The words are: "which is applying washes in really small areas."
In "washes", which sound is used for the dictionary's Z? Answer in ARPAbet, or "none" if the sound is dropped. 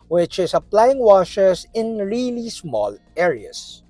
S